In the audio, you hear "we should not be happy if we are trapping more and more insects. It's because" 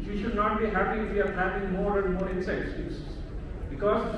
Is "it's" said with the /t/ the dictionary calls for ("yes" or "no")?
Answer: no